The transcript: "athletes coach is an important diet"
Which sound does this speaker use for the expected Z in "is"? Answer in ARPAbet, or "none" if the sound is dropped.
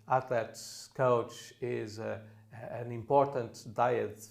Z